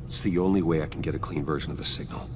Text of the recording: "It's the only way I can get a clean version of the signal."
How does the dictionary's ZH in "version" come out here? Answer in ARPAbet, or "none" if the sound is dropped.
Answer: ZH